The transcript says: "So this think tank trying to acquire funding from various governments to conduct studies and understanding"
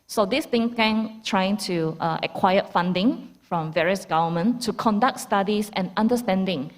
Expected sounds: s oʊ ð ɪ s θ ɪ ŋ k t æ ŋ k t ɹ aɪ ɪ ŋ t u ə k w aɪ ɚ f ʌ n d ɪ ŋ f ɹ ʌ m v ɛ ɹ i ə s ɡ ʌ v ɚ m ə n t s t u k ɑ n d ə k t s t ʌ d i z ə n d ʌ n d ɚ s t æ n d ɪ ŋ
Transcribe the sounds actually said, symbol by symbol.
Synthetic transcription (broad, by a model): s oʊ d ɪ s t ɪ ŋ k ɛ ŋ t ɹ aɪ ɪ ŋ t u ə k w aɪ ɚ f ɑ n d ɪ ŋ f ɹ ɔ m v ɛ ɹ i ə s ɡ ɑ v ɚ m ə n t t u k ɑ n d ə k t s t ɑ d i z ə n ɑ n d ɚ s t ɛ n d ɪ ŋ